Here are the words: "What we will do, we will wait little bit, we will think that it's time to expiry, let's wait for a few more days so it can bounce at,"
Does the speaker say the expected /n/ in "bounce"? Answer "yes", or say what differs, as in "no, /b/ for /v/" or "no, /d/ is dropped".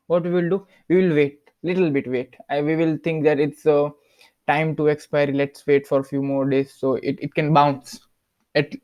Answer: yes